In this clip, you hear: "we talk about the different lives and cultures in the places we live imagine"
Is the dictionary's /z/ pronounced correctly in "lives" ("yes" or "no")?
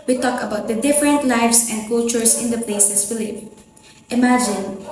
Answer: no